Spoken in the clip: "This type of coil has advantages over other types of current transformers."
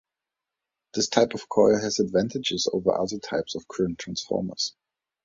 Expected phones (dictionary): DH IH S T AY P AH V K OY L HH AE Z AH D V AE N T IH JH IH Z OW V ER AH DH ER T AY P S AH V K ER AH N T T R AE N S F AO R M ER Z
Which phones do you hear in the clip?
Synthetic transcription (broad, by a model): DH IH S T AY P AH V K OY L HH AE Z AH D V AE N T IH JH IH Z OW V ER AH DH ER T AY P S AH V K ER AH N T T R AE N S F AO R M ER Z